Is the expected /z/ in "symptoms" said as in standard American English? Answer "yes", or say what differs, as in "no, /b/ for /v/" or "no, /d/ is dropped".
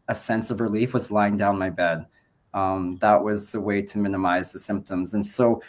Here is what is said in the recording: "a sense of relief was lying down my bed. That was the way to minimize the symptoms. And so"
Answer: yes